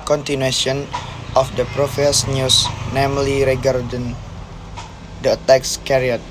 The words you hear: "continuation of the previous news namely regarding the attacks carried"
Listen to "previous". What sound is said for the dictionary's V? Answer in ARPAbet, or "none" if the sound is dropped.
F